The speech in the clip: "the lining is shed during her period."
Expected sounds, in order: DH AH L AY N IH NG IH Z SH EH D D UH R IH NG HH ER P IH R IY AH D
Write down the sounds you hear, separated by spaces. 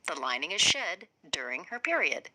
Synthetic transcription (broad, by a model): DH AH L AY N IH NG IH Z SH EH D D UH R IH NG HH ER P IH R IY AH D